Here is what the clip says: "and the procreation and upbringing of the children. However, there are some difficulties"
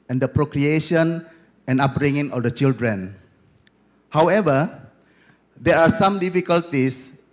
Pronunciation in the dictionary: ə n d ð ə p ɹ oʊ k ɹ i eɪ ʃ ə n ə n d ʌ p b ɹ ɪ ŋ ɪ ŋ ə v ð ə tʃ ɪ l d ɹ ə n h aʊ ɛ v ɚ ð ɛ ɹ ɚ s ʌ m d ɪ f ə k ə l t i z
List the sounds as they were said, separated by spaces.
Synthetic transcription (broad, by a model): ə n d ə p ɹ oʊ k ɹ i eɪ ʃ ə n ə n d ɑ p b ɹ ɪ ŋ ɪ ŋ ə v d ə tʃ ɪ l d ɹ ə n h aʊ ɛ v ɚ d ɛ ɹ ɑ s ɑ m d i f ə k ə l t i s